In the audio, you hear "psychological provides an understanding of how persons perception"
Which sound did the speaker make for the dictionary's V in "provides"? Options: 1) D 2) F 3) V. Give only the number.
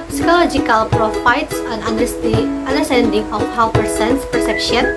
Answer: 2